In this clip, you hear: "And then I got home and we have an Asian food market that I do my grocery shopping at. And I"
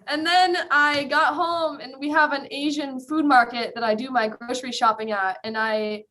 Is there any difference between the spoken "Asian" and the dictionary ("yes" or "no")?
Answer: no